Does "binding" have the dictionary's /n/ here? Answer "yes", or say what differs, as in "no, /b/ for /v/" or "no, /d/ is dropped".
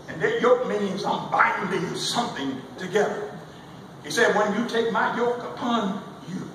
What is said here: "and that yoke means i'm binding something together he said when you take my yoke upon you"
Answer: no, /n/ is dropped